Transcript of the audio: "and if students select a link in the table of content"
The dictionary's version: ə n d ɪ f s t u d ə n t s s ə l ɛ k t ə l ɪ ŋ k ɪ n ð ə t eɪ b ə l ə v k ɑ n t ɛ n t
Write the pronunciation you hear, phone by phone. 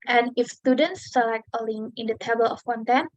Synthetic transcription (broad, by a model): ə n ɪ f s t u d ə n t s s ə l ɛ k t ə l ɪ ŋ ɪ n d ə t eɪ b ə l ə f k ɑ n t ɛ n